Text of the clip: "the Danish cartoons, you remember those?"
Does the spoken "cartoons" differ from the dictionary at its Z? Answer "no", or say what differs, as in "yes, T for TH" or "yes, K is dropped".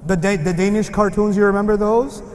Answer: no